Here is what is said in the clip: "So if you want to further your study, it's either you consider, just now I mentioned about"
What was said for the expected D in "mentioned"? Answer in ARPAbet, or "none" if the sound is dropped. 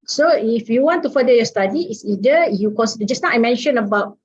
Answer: none